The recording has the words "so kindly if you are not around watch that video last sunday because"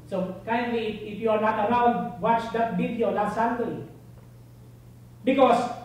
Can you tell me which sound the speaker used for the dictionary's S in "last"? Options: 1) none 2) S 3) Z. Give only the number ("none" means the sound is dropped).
1